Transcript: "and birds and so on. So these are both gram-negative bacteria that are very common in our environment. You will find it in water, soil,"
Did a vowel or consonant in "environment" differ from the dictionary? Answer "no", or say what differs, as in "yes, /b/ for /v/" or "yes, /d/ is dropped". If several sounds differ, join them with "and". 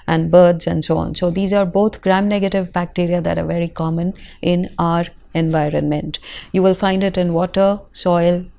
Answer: no